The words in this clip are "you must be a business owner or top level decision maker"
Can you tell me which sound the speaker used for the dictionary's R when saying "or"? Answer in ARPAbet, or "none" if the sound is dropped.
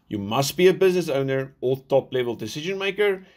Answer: L